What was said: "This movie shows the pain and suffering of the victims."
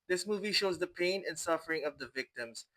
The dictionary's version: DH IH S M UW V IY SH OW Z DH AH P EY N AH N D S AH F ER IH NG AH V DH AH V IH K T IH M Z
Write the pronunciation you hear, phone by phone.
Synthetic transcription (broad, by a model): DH IH S M UW V IY SH OW Z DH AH P EY N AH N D S AH F ER IH NG AH V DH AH V IH K T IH M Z